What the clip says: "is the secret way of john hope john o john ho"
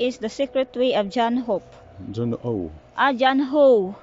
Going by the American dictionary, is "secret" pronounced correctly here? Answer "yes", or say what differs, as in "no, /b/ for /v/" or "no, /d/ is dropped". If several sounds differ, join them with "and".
yes